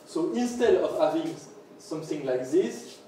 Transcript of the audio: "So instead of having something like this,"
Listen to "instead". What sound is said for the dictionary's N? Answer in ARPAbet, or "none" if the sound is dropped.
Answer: N